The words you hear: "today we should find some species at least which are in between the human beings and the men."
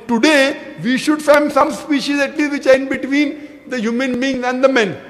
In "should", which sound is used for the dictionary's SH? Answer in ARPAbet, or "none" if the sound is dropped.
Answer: SH